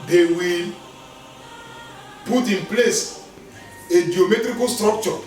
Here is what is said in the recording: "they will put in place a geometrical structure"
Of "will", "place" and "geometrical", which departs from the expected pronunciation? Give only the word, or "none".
none